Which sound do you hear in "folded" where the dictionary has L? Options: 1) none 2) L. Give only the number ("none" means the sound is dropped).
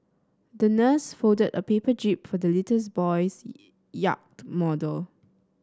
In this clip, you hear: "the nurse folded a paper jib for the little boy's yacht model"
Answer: 1